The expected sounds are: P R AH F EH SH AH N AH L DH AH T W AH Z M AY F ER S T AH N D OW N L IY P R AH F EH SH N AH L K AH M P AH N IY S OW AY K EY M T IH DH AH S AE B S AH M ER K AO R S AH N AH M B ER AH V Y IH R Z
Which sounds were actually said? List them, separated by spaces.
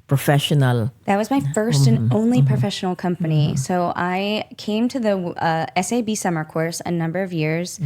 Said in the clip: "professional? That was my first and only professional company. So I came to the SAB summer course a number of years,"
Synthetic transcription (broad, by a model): P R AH F EH SH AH N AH L DH AH T W AH Z M AY F ER S T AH N OW N L IY P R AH F EH SH N L K AH M P AH N IY S OW AY K EY M T IH DH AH S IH B S AH M ER K AO R S AH N AH M B ER AH V Y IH R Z